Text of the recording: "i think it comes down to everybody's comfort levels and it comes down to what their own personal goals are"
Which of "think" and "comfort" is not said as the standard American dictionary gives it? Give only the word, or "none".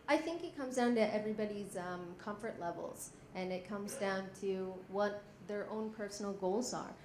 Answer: none